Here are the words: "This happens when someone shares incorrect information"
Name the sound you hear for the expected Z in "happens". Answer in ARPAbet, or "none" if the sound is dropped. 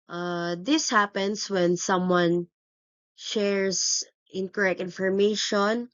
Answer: S